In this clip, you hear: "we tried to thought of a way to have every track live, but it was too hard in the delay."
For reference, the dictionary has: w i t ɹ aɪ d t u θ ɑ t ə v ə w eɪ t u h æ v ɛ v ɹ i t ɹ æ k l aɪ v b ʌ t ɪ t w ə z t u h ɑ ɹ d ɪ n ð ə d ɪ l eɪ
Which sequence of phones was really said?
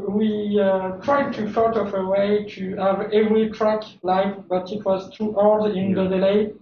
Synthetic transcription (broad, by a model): w i t ɹ aɪ d t u f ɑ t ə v ə w eɪ t u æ v ɛ v ɹ i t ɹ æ k l aɪ f b ʌ t ɪ t w ə z t u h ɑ l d ɪ n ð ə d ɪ l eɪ